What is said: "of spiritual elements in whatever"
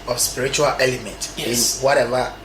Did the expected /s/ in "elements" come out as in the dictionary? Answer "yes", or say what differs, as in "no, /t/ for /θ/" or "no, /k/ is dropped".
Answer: no, /s/ is dropped